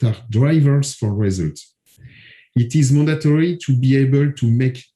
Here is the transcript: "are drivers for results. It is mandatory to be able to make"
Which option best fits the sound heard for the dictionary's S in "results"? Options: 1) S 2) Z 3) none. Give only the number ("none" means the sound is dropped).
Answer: 3